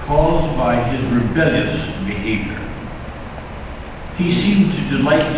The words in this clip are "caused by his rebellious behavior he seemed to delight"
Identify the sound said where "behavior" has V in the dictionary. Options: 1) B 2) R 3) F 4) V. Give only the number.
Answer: 4